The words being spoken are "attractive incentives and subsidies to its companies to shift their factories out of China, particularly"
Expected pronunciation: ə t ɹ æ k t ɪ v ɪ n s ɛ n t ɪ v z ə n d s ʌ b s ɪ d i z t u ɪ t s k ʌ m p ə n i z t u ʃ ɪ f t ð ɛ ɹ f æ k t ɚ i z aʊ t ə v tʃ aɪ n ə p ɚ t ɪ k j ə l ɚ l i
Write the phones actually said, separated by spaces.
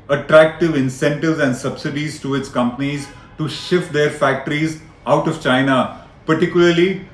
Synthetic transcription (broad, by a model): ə t ɹ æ k t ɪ v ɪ n s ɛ n t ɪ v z ə n d s ʌ b s ɪ d i z t u ɪ t s k ʌ m p ə n i z t u ʃ ɪ f t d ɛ ɹ f æ k t ɚ i z aʊ t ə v tʃ aɪ n ə p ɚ t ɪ k j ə l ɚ l i